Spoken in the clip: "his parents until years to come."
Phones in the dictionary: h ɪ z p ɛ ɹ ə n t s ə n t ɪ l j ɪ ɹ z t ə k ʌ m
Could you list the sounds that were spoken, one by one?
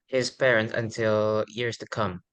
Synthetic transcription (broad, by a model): h ɪ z p ɛ ɹ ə n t ə n t ɪ l j ɪ ɹ z t ə k ʌ m